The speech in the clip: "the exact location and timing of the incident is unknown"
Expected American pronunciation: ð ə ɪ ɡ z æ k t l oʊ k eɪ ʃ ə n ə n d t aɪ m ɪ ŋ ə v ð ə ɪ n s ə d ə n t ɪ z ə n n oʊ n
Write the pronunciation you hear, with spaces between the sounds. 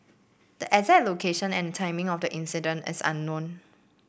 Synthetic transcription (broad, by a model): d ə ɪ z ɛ t l oʊ k eɪ ʃ ə n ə n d t aɪ m ɪ ŋ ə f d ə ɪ n s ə d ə n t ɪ s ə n n oʊ n